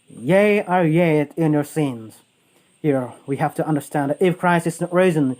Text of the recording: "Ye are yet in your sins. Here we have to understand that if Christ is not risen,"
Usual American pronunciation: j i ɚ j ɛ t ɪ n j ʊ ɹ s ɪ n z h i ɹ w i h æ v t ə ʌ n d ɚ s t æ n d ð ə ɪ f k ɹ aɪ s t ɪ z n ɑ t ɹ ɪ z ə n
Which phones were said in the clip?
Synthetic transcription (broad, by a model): j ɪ ɚ j ɛ t ɪ n j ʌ ɹ s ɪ n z h i ɹ w i h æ f t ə ʌ n d ɚ s t æ n d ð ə ɪ f k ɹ aɪ s ɪ s n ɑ t ɹ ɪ z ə n